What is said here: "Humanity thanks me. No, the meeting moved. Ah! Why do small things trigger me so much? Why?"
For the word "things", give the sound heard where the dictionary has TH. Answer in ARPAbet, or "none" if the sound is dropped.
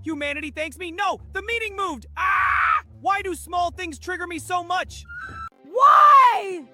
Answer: TH